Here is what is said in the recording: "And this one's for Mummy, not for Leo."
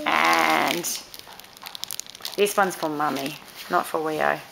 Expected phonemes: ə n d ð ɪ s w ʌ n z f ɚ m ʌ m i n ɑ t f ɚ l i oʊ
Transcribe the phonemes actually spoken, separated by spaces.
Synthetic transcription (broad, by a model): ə n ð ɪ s w ʌ n z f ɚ m ʌ m i n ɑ t f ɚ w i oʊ